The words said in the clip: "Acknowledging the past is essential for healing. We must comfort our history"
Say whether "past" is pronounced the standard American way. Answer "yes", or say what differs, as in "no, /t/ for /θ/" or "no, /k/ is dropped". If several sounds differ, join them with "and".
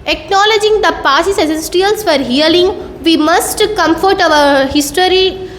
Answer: no, /t/ is dropped